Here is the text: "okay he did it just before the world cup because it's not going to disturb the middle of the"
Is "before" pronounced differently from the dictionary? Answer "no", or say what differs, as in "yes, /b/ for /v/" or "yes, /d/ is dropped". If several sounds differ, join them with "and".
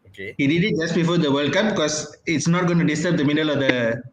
no